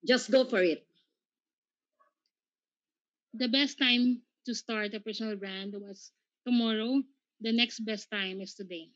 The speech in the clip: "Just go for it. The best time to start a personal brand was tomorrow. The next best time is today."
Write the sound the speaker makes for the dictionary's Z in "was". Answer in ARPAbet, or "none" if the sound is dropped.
S